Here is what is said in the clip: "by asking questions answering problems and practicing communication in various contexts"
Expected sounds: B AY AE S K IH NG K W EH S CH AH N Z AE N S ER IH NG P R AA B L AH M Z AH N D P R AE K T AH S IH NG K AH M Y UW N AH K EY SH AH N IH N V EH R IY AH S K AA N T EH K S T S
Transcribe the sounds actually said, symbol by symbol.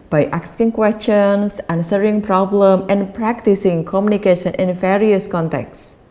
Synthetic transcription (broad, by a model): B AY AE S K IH NG K W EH S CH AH N S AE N S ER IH NG P R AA B L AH M AH N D P R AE K T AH S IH NG K AH M Y UW N AH K EY SH AH N IH N V EH R IY AH S K AA N T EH K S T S